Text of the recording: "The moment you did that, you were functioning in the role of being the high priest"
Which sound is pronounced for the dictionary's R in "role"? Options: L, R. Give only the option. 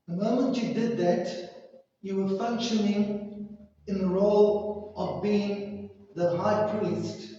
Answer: R